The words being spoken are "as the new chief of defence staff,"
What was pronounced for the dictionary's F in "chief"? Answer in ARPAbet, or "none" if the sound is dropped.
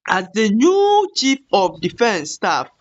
P